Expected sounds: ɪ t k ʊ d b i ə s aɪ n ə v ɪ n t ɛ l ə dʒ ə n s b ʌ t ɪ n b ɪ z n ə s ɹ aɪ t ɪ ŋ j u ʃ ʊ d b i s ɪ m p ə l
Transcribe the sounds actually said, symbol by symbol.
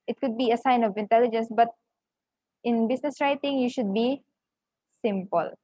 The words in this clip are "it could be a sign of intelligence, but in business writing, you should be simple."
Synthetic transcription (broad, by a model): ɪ t k ʊ d b i ə s aɪ n ə v ɪ n t ɛ l ə dʒ ə n s b ʌ t ɪ n b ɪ s n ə s ɹ aɪ t ɪ ŋ j u ʃ ʊ d b i s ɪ m p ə l